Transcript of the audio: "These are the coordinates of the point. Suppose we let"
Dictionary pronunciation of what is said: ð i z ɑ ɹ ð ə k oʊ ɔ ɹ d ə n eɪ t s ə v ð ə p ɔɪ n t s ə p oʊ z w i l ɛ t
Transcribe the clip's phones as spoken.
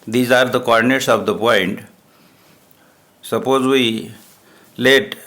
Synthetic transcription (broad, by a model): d i z ɑ ɹ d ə k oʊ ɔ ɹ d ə n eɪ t s ə v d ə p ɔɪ n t s ə p oʊ z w i l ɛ t